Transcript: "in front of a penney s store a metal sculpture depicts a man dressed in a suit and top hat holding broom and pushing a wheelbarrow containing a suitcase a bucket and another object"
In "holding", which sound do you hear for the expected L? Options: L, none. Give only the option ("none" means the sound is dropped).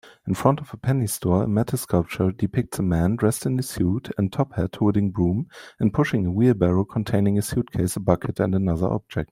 none